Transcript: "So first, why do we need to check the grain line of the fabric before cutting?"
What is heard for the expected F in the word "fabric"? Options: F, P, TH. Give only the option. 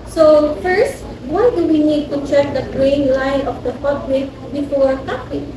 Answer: P